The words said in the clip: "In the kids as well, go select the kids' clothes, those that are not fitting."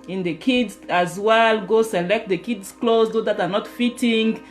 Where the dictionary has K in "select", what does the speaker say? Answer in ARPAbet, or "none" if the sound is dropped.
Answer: K